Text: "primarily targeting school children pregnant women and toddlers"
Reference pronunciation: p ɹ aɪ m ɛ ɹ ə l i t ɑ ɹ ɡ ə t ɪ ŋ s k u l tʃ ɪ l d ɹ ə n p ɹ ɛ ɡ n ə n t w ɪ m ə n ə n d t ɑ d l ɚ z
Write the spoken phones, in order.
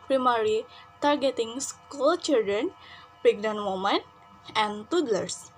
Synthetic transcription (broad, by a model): p ɹ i m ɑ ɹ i t ɑ ɹ ɡ ə t ɪ ŋ s k u l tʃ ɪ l d ɹ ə n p ɛ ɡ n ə n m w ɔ m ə n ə n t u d l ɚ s